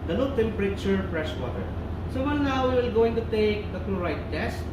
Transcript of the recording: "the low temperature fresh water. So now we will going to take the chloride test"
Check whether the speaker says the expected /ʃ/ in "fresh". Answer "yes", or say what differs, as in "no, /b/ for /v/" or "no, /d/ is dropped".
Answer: no, /s/ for /ʃ/